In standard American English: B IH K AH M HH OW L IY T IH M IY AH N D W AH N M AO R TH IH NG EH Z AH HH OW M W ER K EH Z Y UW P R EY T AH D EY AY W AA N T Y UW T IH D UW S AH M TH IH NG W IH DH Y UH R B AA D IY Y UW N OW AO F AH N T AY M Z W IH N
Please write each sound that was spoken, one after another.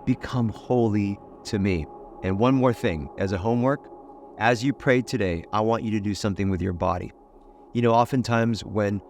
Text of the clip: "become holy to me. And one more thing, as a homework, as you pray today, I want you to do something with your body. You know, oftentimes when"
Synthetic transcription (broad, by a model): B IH K AH M HH OW L IY T IH M IY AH N W AH N M AO R TH IH NG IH Z AH HH OW M W ER K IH Z Y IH P R EY T AH D EY AY W AA N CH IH T IH D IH S AH M TH IH NG W IH DH Y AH R B AA D IY Y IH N OW AO F AH N T AY M Z W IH N